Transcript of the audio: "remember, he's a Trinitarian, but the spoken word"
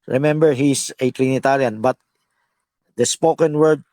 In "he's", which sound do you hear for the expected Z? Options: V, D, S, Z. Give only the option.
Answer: S